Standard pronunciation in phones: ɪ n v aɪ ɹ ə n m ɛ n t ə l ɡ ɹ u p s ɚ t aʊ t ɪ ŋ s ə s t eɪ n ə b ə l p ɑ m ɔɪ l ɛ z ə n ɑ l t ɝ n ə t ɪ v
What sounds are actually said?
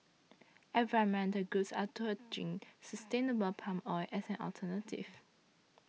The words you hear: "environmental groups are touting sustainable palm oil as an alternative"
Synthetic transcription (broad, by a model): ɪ v ɹ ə m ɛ n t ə ɡ u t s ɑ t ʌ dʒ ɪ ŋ s ə s t eɪ n ə b ə l p ɑ m ɔɪ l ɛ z ə n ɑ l t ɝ n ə t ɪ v